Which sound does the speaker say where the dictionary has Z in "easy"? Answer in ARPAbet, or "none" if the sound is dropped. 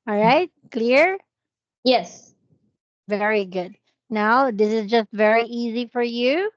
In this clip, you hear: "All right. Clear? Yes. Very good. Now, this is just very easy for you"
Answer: Z